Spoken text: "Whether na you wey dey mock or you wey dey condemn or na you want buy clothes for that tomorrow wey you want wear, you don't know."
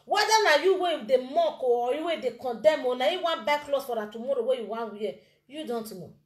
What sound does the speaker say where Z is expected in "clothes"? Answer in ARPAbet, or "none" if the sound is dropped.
S